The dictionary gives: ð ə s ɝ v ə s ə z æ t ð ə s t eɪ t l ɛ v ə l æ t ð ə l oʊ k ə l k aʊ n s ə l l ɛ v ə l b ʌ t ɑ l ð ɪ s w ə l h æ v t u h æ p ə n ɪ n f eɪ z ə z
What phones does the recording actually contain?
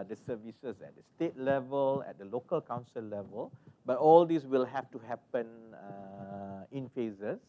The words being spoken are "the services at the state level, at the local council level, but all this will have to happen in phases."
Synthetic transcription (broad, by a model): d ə s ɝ v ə s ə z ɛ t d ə s t eɪ t l ɛ v ə l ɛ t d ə l oʊ k ə l k aʊ n s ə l l ɛ v ə l b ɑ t ɑ l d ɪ s w ə l h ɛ f t u h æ p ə n ɪ n f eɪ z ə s